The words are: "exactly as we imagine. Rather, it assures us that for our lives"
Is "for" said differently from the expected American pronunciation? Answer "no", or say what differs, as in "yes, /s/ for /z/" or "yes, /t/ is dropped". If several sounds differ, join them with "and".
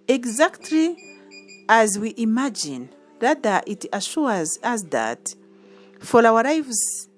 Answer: yes, /l/ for /ɹ/